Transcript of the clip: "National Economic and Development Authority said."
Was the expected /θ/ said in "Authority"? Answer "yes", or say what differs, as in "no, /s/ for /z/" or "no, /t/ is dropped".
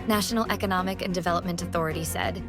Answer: yes